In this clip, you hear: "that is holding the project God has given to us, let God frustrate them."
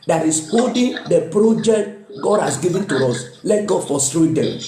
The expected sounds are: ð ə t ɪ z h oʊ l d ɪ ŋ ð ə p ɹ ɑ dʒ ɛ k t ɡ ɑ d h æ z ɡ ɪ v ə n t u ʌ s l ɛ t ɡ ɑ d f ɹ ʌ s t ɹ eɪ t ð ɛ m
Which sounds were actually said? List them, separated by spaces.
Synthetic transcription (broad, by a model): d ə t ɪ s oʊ d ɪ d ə p ɹ ɑ dʒ ɛ k t ɡ ɑ d h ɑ s ɡ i v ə n t u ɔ s l ɛ t ɡ ɑ d f ɔ s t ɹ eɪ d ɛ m